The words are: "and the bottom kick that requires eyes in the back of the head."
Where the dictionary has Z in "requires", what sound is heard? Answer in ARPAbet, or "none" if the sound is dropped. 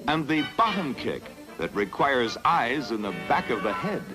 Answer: Z